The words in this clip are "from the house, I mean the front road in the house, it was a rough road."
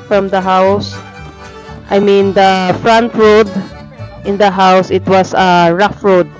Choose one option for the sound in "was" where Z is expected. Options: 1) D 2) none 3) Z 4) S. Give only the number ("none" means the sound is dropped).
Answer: 4